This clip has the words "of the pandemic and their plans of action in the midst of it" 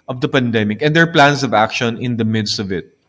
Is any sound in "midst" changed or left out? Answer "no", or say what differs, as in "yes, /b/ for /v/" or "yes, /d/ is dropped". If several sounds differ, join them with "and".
no